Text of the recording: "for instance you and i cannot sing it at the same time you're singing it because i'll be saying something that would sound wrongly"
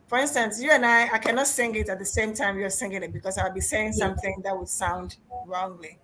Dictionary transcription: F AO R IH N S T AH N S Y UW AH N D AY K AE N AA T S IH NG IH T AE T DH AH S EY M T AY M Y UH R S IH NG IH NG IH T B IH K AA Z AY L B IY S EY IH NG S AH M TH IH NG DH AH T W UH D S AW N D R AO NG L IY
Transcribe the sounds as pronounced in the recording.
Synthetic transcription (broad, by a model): F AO R IH N S T AH N S Y UW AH N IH AY K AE N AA T S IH NG IH T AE T DH AH S EY M T AY M Y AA R S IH NG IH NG IH T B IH K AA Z AY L B IY S EY IH NG S AH M TH IH NG DH AH T W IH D S AW N D R AO NG L IY